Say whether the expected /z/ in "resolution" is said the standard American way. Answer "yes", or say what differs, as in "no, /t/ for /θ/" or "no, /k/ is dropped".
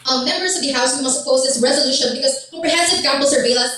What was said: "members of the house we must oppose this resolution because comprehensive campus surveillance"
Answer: yes